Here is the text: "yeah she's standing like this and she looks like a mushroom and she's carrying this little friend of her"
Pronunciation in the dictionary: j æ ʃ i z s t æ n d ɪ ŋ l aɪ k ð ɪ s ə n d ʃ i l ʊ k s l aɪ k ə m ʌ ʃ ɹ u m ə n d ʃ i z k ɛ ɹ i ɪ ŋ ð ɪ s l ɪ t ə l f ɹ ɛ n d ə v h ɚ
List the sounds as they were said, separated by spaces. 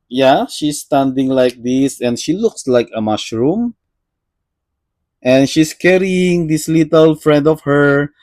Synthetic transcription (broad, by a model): j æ ʃ i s t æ n d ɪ ŋ l aɪ k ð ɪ s ə n d ʃ i l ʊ k s l aɪ k ə m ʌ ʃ ɹ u m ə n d ʃ i s k ɛ ɹ i ɪ ŋ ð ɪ s l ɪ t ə l f ɹ ɛ n d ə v h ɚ